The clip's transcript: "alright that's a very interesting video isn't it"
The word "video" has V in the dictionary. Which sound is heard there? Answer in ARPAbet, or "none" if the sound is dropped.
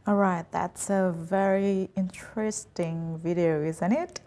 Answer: V